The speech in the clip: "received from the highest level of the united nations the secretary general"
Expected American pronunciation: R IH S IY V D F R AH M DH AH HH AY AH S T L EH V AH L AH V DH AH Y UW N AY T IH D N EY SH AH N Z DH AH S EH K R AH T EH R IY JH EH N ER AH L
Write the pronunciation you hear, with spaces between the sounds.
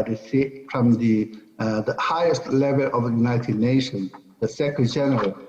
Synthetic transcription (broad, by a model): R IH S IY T F R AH M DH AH HH AY AH S T L EH V AH L AH V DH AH Y UW N AY T IH D N EY SH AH N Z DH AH S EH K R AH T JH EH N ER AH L